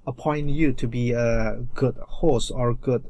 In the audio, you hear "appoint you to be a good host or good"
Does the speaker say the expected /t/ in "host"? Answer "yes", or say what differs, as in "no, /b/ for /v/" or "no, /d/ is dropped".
no, /t/ is dropped